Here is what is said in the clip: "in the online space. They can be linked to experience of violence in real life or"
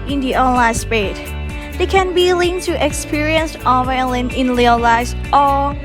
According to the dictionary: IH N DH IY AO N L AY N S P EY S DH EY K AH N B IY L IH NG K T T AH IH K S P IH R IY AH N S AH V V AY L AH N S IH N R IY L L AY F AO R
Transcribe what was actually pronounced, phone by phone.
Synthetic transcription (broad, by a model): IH N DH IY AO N L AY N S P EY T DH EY K AH N B IY L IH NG T T AH K S P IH R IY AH N S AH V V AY L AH N IH N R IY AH L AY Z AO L